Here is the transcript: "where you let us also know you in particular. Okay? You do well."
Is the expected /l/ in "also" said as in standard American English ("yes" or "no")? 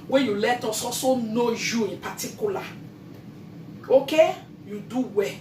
no